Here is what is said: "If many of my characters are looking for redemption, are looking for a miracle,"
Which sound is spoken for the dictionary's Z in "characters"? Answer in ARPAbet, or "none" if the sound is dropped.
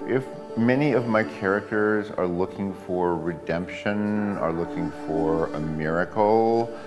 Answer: Z